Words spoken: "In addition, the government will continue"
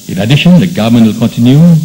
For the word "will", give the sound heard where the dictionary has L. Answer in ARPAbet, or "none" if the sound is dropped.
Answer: L